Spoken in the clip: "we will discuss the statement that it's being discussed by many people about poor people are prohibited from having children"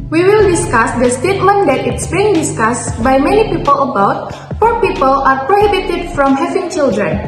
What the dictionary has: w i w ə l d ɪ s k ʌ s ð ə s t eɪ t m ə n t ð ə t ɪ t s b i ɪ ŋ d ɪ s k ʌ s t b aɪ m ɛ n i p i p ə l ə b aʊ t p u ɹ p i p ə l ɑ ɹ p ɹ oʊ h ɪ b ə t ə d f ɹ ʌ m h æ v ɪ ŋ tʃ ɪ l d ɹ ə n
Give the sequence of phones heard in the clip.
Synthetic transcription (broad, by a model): w i w ə l d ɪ s k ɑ s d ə s t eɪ t m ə n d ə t ɪ t s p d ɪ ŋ d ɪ s k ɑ s b aɪ m ɛ n i p i p ə l ə b aʊ t f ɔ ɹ p i p ə l ɑ ɹ p ɹ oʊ h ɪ b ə t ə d f ɹ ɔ m h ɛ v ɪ ŋ tʃ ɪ l d ɹ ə n